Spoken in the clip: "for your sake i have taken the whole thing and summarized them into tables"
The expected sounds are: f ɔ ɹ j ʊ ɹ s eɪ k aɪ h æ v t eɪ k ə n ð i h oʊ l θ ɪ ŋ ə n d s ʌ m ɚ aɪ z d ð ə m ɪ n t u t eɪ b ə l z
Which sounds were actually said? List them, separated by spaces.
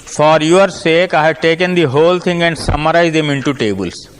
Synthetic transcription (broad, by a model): f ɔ ɹ j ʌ ɹ s eɪ k aɪ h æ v t eɪ k ə n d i h oʊ l t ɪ ŋ ə n d s ʌ m ɚ aɪ z d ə m ɪ n t u t eɪ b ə l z